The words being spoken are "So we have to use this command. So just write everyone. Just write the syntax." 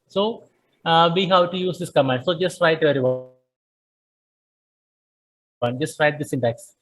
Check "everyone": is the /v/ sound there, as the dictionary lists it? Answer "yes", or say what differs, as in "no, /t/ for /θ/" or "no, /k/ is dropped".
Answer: no, /v/ is dropped